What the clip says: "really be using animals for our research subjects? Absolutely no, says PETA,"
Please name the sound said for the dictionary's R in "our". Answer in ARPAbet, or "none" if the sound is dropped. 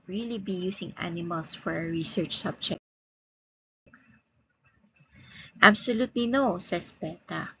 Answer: R